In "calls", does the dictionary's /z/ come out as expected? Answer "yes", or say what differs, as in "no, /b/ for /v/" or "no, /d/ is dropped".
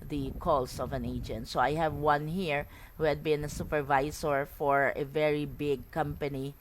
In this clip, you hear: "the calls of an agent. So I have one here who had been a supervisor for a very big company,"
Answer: no, /s/ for /z/